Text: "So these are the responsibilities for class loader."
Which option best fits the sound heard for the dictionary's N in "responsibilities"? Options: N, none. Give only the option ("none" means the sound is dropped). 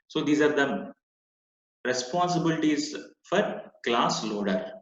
N